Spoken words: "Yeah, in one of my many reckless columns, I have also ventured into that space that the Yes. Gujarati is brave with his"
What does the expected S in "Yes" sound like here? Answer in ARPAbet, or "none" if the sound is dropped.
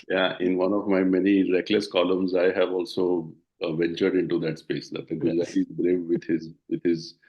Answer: none